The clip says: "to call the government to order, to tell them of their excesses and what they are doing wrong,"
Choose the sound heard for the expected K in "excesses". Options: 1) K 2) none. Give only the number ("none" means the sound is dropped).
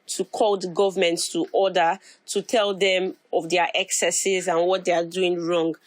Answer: 1